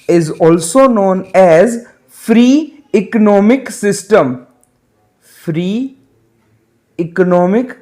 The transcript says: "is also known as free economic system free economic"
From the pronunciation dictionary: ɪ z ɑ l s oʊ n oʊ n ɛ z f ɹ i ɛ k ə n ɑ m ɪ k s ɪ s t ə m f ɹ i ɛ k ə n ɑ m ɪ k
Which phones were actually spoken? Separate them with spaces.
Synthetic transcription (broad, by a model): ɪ z ɑ l s oʊ n oʊ n ɛ z f ɹ i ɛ k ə n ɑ m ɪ k s ɪ s t ə m f ɹ i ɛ k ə n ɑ m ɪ k